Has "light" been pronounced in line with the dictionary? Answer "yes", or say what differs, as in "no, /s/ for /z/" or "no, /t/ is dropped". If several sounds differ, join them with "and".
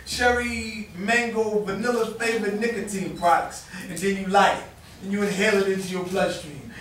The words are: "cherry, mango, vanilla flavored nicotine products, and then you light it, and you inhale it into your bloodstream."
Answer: no, /t/ is dropped